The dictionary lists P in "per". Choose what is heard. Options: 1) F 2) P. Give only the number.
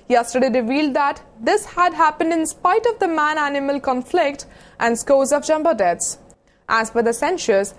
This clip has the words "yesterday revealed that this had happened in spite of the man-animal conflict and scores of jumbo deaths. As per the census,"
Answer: 1